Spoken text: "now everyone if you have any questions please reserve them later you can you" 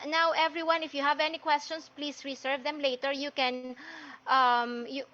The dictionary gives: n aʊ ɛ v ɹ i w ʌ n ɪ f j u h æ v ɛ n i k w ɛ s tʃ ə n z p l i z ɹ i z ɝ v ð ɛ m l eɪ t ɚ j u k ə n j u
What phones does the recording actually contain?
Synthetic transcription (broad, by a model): n aʊ ɛ v ɹ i w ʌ n ɪ f j u h æ v ɛ n i k w ɛ s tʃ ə n s p l i s ɹ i s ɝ v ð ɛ m l eɪ t ɚ j u k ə n j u